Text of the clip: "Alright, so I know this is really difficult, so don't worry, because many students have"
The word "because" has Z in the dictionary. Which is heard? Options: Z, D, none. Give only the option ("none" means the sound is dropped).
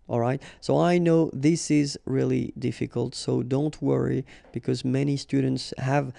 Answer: Z